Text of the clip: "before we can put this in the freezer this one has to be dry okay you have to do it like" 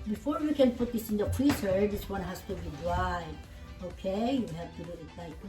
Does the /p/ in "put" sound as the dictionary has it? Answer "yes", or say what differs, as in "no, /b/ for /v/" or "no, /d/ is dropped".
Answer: no, /f/ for /p/